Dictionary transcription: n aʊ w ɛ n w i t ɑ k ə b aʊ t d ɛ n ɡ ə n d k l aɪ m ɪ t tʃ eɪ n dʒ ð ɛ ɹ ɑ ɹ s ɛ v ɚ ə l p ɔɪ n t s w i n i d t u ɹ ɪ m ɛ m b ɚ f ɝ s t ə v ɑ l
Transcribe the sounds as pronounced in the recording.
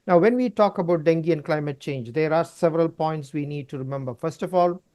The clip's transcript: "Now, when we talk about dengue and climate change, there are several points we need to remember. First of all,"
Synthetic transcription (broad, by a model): n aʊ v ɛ n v i t ɑ k ə b aʊ t d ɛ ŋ ɡ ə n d k l aɪ m ɪ t tʃ eɪ n dʒ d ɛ ɹ ɑ ɹ s ɛ v ɚ ə l p ɔɪ n t s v i n i d t u ɹ ɪ m ɛ m b ɚ f ɝ s t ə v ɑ l